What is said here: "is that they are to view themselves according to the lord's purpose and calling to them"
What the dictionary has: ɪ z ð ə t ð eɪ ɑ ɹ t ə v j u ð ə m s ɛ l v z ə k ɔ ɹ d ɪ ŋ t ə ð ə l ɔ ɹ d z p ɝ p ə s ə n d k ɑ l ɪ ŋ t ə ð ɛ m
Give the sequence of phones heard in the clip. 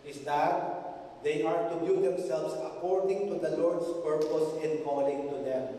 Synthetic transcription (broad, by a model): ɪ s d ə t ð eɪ ɑ ɹ t ə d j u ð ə m s ɛ l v s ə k ɔ ɹ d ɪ ŋ t ə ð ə l ɔ ɹ d s p ɝ p ə s ə n d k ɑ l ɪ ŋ t ə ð ɛ m